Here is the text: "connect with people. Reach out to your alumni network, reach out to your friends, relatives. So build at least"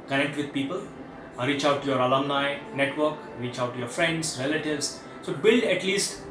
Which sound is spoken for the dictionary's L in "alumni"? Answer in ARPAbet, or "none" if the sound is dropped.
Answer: L